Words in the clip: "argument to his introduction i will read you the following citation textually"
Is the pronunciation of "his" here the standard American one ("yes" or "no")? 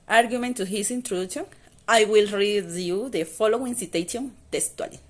no